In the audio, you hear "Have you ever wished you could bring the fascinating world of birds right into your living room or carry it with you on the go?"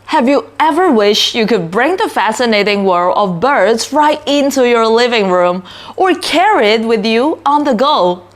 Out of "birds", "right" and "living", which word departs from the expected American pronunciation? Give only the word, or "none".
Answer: none